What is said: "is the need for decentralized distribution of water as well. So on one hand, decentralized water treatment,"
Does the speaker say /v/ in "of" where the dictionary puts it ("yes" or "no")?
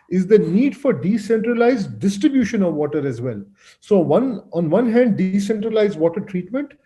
yes